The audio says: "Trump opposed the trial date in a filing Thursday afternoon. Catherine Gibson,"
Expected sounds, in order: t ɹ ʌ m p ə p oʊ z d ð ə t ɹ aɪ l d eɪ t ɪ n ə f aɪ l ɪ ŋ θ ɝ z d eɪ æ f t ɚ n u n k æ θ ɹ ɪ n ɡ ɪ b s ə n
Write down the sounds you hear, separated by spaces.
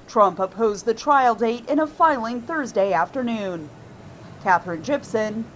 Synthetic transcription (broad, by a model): t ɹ ʌ m p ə p oʊ z ð ə t ɹ aɪ l d eɪ t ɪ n ə f aɪ l ɪ ŋ θ ɝ z d eɪ æ f t ɚ n u n k æ θ ɹ ɪ n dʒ ɪ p s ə n